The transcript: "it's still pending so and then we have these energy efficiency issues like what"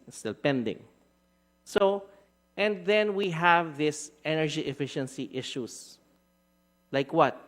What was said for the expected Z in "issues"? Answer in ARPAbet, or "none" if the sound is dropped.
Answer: S